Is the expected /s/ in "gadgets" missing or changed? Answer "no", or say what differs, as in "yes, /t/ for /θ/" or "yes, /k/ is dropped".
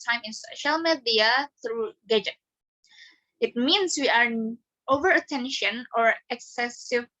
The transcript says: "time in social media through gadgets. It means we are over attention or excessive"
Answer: yes, /s/ is dropped